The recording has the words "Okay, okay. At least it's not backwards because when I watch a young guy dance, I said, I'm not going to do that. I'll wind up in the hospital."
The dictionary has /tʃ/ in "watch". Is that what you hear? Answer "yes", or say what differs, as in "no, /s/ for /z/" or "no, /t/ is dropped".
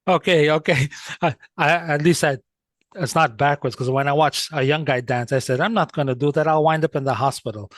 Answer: yes